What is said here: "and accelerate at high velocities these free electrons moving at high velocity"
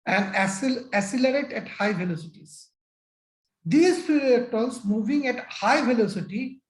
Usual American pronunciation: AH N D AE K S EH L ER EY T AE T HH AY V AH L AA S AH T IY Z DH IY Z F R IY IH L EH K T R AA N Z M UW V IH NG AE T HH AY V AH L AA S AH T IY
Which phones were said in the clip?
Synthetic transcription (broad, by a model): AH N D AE S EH L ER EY T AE T HH AY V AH L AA S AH T IY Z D IY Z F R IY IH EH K T AA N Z M UW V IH NG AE T HH AY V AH L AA S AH T IY